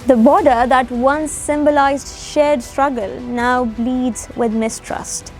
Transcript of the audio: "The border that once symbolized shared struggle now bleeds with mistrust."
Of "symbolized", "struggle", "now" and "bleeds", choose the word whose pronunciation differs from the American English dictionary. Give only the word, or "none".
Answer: none